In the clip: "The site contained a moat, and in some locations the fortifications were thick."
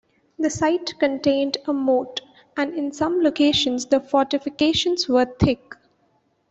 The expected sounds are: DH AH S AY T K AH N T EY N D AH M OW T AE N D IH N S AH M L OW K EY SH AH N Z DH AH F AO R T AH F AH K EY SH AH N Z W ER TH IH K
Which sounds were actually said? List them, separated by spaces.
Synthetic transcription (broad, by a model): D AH S AY T K AH N T EY N D AH M OW T AE N D IH N S AH M L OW K EY SH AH N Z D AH F AO R T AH F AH K EY SH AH N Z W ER T IH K